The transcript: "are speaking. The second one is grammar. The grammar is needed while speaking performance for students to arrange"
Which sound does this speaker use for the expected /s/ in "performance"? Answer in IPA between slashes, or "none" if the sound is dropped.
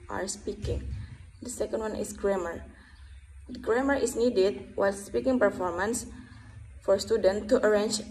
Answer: /s/